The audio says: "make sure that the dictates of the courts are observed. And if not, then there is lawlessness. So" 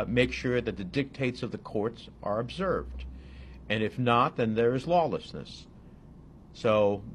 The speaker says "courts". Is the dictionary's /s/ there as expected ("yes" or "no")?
yes